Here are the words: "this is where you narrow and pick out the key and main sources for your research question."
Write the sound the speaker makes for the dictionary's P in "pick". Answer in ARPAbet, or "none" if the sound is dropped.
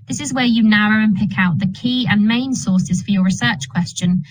P